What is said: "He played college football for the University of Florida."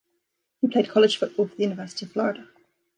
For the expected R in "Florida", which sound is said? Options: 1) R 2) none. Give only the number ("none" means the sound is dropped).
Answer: 1